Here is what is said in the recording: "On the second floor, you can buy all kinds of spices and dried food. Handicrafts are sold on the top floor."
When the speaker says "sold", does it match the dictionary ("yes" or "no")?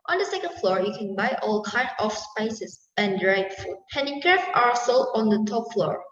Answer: no